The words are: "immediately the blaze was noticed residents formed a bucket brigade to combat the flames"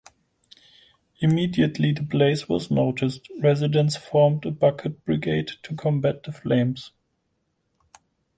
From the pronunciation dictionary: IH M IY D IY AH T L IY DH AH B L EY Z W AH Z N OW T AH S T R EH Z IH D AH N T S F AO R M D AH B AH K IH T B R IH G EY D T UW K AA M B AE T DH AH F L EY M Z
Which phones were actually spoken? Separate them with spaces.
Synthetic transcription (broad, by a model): IH M IY D IY AH T L IY DH AH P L EY S W AH Z N OW T AH S T R EH Z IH D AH N S F AO R M D AH B AH K IH T B R IH G EY D T UW K AA M B AE T DH AH F L EY M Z